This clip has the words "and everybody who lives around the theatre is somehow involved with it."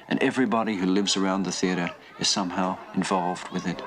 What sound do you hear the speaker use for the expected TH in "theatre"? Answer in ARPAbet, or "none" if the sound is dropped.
TH